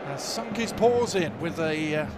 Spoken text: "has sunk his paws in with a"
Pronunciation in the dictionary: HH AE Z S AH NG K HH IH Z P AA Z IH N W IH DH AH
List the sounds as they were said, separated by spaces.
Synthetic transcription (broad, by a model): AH S AH NG K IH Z P AA Z IH N W IH DH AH